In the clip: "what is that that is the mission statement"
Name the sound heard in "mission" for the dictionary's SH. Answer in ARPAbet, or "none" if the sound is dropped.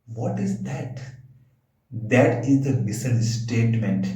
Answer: S